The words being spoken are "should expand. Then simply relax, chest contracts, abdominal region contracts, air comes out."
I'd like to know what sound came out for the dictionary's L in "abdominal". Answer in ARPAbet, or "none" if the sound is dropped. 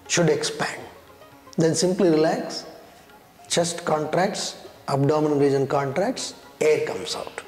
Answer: N